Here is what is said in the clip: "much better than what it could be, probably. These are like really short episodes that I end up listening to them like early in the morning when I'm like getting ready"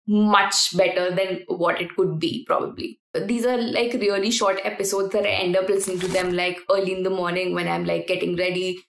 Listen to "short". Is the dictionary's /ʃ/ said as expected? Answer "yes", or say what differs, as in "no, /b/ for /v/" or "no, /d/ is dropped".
yes